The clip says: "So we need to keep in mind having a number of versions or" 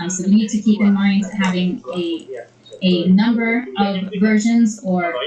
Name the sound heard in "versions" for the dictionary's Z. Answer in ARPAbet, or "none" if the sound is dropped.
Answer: Z